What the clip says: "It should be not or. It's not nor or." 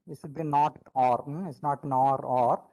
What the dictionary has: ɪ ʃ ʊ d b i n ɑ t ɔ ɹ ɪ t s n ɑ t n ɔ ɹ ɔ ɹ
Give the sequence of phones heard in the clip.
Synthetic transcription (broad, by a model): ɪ s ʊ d b i n ɑ t ɔ ɹ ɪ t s n ɑ t n ɔ ɹ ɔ ɹ